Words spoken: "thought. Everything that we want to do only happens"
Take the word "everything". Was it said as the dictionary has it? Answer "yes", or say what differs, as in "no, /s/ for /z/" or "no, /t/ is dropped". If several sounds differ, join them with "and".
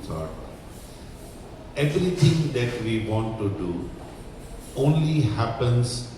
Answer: no, /t/ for /θ/